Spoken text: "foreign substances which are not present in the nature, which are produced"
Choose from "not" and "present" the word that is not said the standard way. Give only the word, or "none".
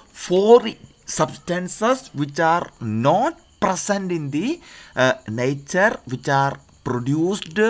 present